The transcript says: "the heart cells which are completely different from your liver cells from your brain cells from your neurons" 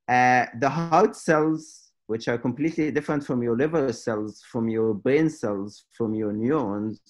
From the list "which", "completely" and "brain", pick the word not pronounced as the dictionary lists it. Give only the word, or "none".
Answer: brain